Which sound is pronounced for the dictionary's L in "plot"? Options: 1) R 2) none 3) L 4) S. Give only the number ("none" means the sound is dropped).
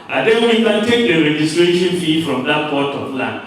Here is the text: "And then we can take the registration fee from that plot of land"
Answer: 2